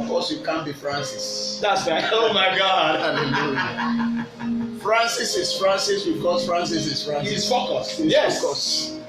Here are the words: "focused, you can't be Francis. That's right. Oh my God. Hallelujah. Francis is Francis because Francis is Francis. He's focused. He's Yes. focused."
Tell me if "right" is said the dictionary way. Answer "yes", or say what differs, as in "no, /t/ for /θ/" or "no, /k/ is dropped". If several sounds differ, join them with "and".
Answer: no, /t/ is dropped